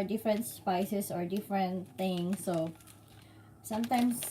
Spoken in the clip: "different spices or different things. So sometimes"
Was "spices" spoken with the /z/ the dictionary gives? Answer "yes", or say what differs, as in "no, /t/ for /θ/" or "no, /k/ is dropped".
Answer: no, /s/ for /z/